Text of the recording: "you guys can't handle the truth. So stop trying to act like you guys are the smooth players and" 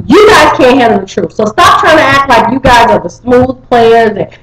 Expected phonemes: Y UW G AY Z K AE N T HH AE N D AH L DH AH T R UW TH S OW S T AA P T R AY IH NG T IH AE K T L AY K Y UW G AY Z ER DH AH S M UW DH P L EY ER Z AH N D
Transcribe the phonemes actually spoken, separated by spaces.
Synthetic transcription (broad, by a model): Y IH G AY Z K AE N T HH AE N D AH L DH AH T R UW F S OW S T AA P T R AY IH NG T IH AE K T L AY K Y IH G AY Z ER DH AH S M UW DH P L EY ER Z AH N